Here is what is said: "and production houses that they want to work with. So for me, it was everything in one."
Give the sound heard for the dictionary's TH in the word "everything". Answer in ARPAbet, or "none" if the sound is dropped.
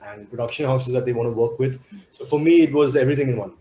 T